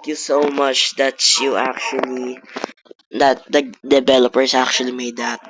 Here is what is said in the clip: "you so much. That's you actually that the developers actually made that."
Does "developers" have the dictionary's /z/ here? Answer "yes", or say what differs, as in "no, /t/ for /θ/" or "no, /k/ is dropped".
no, /s/ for /z/